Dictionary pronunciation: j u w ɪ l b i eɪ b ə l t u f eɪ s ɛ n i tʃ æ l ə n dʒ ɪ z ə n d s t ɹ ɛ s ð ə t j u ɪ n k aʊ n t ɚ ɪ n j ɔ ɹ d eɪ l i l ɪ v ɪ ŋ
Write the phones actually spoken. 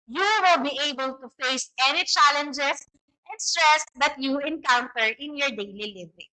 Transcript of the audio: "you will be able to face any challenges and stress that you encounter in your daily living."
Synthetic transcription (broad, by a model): j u w ɪ l b i eɪ b ə l t u f eɪ s ɛ n i tʃ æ l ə n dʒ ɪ s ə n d s t ɹ ɛ s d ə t j u ɪ n k aʊ n t ɚ ɪ n j ɔ ɹ d eɪ l i l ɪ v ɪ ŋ